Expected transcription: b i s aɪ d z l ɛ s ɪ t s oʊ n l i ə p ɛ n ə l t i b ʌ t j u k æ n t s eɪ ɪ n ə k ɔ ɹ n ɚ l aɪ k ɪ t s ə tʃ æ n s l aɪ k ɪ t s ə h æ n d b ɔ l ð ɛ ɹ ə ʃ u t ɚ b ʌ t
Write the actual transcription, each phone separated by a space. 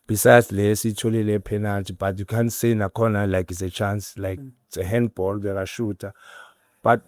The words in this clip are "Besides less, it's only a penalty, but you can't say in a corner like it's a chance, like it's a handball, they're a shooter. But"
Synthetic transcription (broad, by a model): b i s aɪ d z l ɛ s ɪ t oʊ l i ə p ɛ n ə l t i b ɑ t j u k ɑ n s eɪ ɪ n ə k ɔ n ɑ l aɪ k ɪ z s ə tʃ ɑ n s l aɪ k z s ə h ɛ n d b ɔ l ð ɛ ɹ ə ʃ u t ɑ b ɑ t